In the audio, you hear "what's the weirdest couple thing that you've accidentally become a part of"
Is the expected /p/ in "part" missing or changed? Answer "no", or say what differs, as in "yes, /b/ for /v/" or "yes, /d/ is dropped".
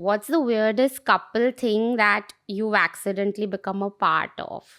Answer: no